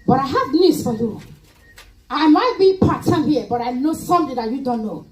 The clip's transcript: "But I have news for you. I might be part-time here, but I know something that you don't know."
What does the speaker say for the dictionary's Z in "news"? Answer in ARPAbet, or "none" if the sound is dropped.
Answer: S